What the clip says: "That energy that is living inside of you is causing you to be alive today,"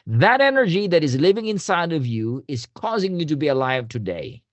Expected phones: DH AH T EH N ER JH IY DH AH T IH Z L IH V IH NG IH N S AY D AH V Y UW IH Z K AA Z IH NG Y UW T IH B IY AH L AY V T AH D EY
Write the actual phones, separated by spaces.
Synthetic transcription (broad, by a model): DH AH T EH N ER JH IY DH AH T IH Z L IH V IH NG IH N S AY D AH V Y UW IH Z K AA Z IH NG Y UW T IH B IY AH L AY V T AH D EY